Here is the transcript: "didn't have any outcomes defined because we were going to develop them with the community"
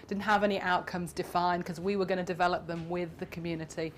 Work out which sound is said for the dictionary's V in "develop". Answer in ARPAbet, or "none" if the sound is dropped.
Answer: V